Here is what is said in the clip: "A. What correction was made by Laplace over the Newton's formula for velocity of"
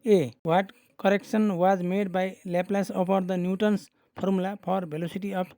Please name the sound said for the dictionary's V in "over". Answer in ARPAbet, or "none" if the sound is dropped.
P